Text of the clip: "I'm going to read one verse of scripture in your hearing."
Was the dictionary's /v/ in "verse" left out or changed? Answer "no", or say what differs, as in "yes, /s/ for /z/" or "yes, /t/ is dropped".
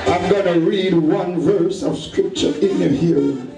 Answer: no